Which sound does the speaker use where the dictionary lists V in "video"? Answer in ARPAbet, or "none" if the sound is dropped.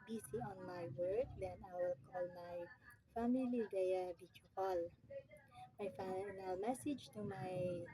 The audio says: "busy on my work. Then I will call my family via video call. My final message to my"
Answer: B